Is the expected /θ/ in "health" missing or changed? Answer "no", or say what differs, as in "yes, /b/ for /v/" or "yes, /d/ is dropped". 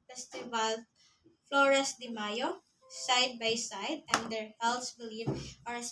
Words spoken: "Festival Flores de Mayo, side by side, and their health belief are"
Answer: yes, /s/ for /θ/